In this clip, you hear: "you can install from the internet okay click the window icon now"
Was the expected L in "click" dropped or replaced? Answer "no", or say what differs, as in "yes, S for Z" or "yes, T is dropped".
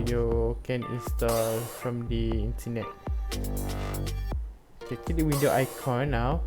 yes, L is dropped